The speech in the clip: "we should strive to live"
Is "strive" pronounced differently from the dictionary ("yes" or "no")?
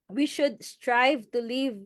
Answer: no